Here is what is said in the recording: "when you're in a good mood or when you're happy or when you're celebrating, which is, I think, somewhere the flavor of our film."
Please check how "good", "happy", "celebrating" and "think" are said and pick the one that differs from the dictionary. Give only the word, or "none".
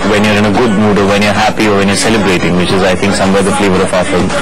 think